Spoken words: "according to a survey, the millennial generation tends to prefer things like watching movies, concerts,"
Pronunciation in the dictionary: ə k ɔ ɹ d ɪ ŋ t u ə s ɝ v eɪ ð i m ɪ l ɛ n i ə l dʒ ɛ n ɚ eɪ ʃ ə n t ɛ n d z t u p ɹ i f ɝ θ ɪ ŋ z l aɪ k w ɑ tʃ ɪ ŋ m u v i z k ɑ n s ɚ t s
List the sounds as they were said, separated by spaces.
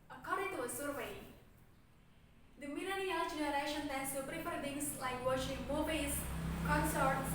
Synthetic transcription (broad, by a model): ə k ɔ ɹ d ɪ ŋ t u ə s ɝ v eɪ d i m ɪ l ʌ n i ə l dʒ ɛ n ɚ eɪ ʃ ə n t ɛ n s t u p ɹ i p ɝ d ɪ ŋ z l aɪ k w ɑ ʃ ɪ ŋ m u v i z k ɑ n s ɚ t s